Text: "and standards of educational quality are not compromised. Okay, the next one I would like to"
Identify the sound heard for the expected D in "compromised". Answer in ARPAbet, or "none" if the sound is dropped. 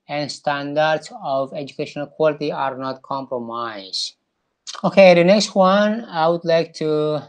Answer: none